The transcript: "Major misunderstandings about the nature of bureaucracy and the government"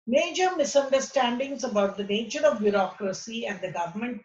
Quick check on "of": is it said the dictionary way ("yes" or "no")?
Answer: yes